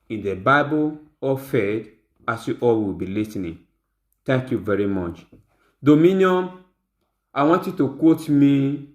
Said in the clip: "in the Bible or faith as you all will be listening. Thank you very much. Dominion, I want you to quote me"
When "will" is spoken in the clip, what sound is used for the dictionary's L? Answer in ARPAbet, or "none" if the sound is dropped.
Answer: W